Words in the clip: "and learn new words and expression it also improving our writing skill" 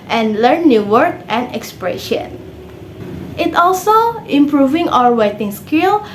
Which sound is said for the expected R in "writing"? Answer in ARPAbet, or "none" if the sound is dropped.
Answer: W